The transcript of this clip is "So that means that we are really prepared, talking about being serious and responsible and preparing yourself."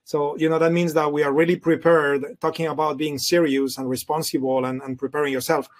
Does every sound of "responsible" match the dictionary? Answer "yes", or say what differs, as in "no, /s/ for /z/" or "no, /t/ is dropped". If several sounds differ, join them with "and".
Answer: no, /n/ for /l/